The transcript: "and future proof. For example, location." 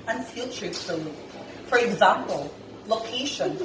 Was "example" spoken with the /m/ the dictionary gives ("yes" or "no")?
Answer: yes